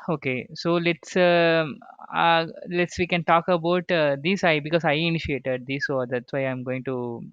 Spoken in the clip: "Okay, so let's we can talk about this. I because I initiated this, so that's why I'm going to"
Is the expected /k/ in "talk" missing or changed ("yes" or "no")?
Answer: no